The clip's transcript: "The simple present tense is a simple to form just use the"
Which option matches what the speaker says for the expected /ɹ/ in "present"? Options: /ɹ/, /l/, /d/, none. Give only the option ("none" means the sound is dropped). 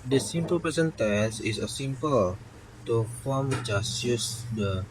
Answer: none